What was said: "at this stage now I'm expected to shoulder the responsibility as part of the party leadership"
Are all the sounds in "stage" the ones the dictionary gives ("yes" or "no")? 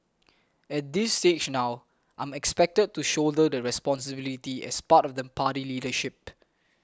no